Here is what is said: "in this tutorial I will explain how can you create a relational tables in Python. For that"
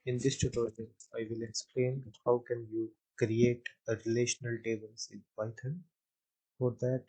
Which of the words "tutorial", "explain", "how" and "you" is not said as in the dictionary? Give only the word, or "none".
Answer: tutorial